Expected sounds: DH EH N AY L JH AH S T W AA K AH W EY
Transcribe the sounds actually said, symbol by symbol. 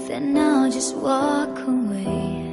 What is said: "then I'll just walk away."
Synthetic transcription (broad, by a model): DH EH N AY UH JH AH S T W AA K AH W EY